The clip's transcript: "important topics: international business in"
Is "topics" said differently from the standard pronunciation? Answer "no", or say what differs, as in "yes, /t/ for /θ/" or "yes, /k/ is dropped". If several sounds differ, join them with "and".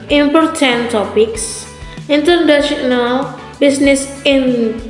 no